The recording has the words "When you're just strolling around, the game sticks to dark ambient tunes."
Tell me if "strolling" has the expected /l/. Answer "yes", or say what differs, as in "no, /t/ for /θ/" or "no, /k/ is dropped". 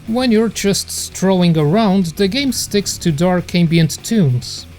no, /l/ is dropped